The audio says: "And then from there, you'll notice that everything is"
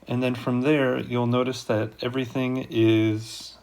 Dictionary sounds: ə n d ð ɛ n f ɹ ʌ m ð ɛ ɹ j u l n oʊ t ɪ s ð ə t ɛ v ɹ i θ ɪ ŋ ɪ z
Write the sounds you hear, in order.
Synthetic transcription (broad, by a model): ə n ð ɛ n f ɹ ʌ m ð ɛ ɹ j u l n oʊ t ɪ s ð ə t ɛ v ɹ i θ ɪ ŋ ɪ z